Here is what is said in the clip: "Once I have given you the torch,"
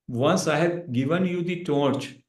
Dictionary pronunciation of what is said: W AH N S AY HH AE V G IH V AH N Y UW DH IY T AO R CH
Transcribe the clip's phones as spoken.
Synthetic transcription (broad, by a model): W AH N S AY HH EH B G IH V AH N Y UW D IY T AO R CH